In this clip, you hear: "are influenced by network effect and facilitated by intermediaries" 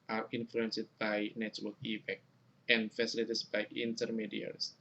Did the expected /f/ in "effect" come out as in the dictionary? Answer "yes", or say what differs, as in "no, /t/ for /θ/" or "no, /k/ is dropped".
no, /p/ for /f/